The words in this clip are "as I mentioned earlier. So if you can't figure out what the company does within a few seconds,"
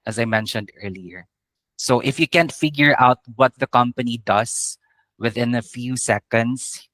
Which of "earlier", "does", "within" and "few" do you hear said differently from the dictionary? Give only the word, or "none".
does